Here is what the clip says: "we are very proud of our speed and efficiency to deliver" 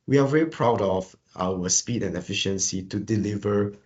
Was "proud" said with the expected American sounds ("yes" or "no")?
yes